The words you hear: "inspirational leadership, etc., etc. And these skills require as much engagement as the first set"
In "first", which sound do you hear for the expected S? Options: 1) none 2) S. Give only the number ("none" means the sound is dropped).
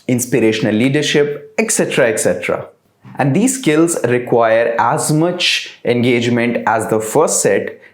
2